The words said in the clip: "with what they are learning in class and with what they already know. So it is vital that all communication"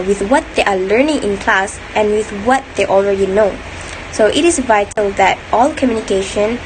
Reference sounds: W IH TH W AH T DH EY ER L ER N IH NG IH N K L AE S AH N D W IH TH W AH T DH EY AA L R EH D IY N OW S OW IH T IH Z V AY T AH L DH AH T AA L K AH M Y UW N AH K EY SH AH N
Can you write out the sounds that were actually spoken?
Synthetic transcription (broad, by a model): W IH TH W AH T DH EY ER L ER N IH NG IH N K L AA S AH N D W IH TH W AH T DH EY AA L R EH D IY N OW S OW IH T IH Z V AY T AH L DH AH T AA L K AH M Y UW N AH K EY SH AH N